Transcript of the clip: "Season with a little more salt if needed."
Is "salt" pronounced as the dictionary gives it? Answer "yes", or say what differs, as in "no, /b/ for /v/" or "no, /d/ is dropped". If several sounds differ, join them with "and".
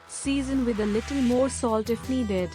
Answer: yes